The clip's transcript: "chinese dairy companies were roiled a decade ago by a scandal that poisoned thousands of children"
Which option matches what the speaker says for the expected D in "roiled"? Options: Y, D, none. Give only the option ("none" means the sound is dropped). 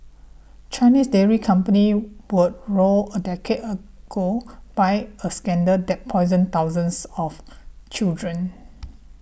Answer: none